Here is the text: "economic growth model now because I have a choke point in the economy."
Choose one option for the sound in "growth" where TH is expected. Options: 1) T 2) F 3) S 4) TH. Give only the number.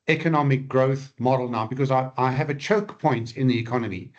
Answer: 4